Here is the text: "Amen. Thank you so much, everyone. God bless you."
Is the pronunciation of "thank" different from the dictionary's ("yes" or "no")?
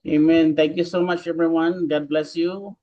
yes